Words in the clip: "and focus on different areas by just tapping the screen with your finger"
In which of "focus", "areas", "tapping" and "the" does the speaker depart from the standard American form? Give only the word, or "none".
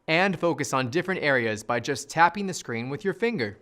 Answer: none